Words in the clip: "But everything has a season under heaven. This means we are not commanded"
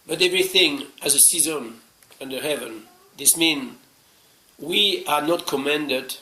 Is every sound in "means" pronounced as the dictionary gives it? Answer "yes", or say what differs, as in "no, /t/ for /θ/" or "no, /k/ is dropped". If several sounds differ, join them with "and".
no, /z/ is dropped